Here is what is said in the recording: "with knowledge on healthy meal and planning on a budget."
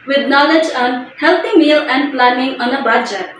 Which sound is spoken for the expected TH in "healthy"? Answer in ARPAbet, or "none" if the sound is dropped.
T